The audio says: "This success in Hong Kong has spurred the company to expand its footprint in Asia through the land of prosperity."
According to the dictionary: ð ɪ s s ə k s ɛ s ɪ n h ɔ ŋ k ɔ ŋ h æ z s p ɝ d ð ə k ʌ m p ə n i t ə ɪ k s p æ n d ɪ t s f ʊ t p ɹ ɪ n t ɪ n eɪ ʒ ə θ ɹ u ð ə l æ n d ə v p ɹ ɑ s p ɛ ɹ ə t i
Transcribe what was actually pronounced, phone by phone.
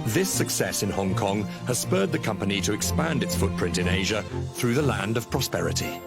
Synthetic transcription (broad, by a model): ð ɪ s s ə k s ɛ s ɪ n h ɔ ŋ k ɔ ŋ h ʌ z s p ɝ d ð ə k ʌ m p ə n i t ə ɪ k s p æ n d ɪ t s f ʊ t p ɹ ɪ n t ɪ n eɪ ʒ ə θ ɹ u ð ə l æ n d ə v p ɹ ɑ s p ɛ ɹ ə t i